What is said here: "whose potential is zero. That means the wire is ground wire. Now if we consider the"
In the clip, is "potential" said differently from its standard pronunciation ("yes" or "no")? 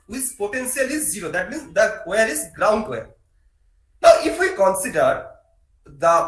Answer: yes